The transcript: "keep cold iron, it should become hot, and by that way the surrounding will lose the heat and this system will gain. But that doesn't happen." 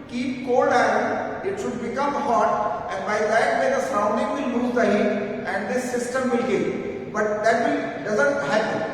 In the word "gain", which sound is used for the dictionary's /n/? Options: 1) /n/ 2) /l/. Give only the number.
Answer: 2